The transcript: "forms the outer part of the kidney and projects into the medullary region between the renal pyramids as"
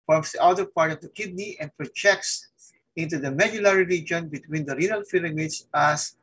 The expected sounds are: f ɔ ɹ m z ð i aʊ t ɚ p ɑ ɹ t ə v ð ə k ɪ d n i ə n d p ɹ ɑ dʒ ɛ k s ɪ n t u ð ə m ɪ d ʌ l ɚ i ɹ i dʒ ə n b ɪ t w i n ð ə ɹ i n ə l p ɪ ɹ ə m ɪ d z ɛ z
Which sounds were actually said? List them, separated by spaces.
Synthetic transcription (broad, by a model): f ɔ ɹ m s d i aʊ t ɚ p ɑ ɹ t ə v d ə k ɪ d n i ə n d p ɹ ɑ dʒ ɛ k s ɪ n t u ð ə m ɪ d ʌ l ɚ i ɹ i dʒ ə n b ɪ t w i n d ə ɹ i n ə l f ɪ l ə m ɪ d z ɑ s